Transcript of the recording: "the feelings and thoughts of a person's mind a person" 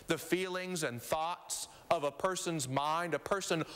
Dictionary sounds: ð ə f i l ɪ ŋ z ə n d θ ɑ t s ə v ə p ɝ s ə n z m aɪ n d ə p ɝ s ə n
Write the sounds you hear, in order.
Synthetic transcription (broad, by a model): ð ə f i l ɪ ŋ z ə n θ ɑ t s ə v ə p ɝ s ə n z m aɪ n d ə p ɝ s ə n